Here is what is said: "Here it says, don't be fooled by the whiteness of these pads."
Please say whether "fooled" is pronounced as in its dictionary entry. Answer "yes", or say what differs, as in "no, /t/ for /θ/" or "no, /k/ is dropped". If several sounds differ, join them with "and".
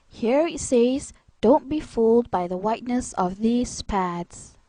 yes